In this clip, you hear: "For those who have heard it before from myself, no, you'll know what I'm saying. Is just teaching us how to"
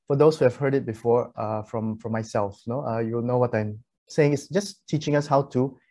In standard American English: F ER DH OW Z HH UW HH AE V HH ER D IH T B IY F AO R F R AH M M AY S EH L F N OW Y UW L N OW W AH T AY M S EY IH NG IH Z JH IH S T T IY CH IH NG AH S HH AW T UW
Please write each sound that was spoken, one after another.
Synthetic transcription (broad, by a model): F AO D OW S HH UW HH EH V HH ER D IH T B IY F AO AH F R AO M M AY S EH L F N OW Y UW W N OW W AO T AY M S EY IH NG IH S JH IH S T T IY CH IH NG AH S HH AW T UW